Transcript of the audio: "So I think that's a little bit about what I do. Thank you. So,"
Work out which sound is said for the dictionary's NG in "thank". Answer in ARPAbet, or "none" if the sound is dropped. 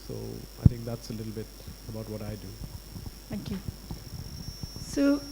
none